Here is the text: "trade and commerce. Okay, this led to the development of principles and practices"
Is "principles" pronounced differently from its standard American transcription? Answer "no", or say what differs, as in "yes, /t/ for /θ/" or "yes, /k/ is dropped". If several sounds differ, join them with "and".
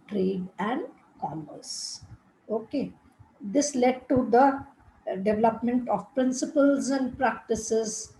no